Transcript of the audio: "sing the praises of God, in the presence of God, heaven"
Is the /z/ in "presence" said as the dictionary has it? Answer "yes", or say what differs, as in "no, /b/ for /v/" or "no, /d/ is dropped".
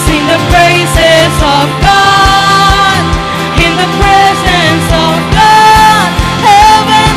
yes